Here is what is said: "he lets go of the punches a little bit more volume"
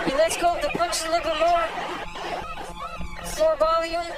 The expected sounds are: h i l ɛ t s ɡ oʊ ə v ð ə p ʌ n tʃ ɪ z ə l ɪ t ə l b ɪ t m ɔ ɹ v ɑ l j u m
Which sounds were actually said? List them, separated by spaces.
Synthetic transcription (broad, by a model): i l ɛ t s ɡ oʊ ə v ð ə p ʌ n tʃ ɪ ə l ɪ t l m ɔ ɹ m ɔ ɹ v ɑ l j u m